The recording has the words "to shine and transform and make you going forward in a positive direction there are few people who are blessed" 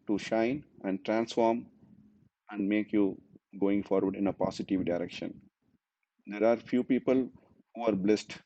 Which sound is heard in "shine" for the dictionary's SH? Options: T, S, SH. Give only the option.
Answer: SH